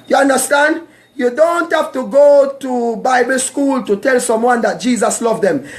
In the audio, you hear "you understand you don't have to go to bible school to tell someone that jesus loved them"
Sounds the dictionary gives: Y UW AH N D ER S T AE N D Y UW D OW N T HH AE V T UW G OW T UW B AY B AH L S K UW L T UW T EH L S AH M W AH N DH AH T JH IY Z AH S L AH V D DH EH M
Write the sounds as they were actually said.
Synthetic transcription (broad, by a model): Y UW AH N D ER S T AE N D Y UW D OW N T HH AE F T UW G OW T UW B AY B AH L S K UW L T UW T EH L S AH M W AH N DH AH T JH IY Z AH S L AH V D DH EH M